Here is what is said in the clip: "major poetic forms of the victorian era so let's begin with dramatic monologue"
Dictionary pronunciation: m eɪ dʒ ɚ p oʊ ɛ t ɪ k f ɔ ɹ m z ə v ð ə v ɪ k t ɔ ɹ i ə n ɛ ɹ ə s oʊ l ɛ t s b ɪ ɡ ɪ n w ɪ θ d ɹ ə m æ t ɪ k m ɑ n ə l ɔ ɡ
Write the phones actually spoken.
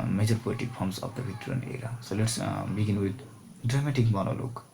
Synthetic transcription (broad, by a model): m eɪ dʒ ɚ p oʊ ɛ t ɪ k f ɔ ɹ m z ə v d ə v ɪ t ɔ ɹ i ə n ɛ ɹ ə s oʊ l ɛ t s b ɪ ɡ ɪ n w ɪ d d ɹ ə m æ t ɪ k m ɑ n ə l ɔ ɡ